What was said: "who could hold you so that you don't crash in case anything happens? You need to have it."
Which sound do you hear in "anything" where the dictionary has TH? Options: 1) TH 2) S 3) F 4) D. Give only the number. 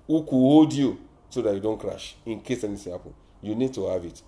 2